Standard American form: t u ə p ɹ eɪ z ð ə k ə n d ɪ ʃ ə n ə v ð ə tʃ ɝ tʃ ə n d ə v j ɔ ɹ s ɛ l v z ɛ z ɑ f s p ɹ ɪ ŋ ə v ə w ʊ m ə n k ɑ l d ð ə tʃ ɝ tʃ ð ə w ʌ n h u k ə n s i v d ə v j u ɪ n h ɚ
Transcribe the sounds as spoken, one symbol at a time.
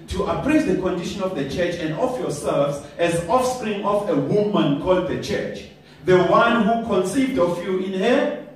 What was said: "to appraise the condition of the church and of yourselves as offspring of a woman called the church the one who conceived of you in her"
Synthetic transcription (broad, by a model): t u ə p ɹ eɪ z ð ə k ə n d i ʃ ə n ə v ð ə tʃ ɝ tʃ ə n d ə f j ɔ s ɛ l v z ɛ z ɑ f s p ɹ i ŋ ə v ə w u m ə n k ɑ l d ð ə tʃ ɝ tʃ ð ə w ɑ n h u k ə n s i v d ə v j u ɪ n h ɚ